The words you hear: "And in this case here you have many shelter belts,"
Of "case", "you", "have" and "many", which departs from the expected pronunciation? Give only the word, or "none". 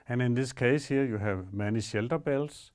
none